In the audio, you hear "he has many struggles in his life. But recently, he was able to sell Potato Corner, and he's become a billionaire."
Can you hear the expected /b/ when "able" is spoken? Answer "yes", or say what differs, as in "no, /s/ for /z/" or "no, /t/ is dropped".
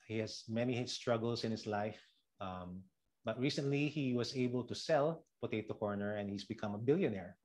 yes